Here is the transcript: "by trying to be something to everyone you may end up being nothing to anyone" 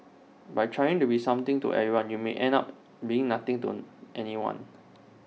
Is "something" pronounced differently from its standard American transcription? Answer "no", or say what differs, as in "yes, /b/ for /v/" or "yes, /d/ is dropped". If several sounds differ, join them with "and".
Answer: yes, /t/ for /θ/